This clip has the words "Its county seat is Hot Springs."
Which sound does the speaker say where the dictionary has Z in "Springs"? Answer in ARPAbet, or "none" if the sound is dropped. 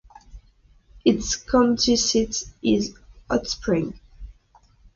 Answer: none